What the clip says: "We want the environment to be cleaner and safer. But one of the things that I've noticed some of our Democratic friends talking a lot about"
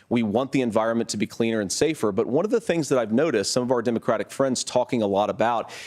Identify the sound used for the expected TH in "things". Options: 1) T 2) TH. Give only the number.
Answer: 2